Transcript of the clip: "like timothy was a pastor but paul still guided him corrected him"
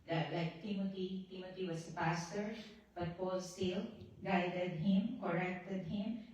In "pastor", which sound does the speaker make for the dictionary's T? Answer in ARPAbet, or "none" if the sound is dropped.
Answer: T